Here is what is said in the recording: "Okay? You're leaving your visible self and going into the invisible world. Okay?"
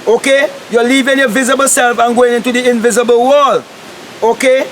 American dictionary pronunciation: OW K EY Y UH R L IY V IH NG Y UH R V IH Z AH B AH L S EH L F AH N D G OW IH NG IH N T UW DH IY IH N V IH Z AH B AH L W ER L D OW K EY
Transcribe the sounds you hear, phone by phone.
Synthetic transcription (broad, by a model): OW K EY Y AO L IY V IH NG Y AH V IH Z AH B AH L S EH L F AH N G OW IH NG IH N T UW DH IY IH N V IH Z AH B AH L W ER L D OW K EY